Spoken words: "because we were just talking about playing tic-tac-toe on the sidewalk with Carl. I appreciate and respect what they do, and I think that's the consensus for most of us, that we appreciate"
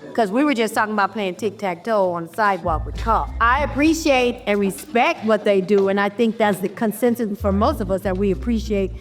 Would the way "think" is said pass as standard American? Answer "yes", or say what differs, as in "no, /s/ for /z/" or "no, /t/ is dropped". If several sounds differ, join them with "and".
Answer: yes